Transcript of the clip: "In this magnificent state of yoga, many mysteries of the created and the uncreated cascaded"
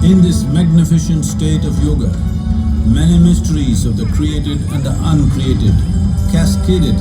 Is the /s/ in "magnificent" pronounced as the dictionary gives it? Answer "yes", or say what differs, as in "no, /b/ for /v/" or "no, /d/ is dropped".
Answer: no, /ʃ/ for /s/